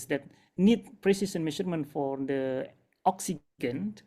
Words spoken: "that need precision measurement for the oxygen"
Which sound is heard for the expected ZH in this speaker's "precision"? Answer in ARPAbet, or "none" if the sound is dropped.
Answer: S